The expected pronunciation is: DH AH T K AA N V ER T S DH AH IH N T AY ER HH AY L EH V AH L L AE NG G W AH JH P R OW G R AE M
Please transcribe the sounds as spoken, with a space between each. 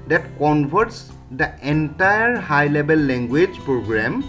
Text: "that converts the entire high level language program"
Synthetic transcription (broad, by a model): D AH T K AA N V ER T S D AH IH N T AY ER HH AY L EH B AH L L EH NG G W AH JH P R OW G R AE M